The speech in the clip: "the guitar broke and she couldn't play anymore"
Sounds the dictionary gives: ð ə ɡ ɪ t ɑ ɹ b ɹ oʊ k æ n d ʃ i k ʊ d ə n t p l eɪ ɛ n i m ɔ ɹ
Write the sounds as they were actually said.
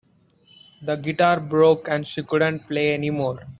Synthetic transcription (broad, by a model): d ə ɡ ɪ t ɑ ɹ b ɹ oʊ k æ n d ʃ i k ʊ d ə n t p l eɪ ɛ n i m ɔ ɹ